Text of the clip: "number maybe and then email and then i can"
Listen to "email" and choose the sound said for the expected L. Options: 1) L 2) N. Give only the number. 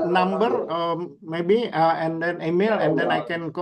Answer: 1